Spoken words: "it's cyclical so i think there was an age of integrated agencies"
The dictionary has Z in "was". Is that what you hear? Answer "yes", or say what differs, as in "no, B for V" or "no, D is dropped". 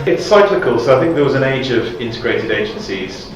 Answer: yes